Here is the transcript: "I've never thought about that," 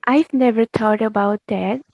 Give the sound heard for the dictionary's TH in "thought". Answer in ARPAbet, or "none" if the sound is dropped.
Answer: T